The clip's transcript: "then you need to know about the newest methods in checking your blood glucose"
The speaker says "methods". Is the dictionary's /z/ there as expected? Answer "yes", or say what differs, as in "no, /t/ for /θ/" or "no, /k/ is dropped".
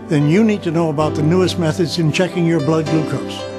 yes